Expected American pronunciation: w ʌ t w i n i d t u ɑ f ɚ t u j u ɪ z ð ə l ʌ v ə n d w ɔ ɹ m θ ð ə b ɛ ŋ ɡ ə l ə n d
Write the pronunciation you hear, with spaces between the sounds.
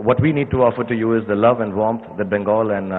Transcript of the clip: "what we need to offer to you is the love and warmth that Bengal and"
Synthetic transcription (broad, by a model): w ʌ t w i n i d t u ɑ f ɚ t u j u ɪ z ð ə l ʌ v ə n d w ɔ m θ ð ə b ɛ ŋ ɡ ə l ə n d